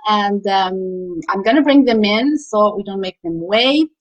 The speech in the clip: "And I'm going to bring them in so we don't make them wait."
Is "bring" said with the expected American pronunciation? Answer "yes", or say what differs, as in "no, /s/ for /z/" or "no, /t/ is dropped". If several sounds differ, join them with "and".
yes